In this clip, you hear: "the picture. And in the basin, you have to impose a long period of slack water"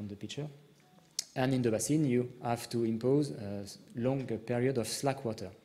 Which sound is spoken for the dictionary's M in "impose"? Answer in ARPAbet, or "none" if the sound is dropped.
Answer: M